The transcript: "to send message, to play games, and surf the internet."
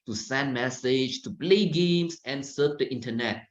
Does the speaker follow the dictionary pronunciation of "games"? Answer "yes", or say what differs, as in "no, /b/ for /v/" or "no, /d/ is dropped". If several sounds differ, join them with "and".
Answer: no, /s/ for /z/